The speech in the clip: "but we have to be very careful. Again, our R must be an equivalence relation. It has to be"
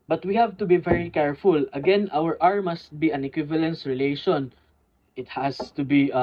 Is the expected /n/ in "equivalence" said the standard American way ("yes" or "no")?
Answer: yes